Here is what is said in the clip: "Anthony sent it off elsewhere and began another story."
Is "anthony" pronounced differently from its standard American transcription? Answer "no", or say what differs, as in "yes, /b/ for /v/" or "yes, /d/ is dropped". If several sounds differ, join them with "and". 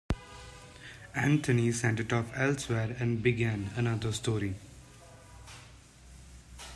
yes, /t/ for /θ/